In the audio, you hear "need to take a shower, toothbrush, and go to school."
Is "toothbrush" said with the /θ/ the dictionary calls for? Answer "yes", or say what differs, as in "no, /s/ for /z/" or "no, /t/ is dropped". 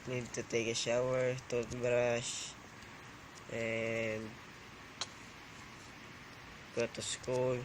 no, /t/ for /θ/